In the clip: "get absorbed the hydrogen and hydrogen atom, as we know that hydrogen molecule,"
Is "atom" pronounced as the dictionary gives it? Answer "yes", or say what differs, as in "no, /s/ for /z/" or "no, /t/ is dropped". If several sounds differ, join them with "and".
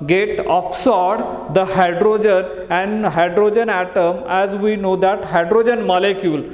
yes